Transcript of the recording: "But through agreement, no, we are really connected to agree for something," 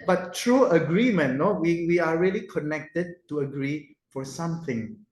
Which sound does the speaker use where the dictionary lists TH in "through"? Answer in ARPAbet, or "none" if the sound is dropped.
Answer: T